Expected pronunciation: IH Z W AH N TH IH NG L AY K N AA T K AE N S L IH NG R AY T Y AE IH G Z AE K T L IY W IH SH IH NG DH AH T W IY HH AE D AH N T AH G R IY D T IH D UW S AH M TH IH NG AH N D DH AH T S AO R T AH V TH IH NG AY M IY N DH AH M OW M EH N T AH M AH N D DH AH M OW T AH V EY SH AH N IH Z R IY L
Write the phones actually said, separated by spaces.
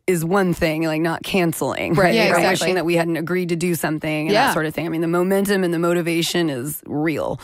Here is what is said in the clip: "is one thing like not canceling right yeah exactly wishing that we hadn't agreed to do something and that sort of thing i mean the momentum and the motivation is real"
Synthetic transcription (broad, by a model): IH Z W AH N TH IH NG L AY K N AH T K AE N S L IH NG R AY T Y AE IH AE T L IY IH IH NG DH AH T W IY HH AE D N T AH G R IY D T IH D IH S AH M TH IH NG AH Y DH AH T S AO R T AH V TH IH NG AY M IY N DH AH M OW M EH N T AH M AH N DH AH M OW T AH V EY SH AH N IH Z R IY L